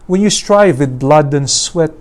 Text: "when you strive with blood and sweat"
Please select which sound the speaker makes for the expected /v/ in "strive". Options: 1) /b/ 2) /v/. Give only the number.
2